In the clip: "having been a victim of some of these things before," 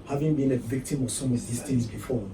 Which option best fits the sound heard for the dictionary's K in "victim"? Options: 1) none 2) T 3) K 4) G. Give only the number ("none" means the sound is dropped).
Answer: 3